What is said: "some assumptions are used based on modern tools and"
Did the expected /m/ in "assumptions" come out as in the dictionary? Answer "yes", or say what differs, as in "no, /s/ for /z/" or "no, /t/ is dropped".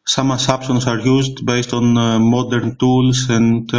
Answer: no, /m/ is dropped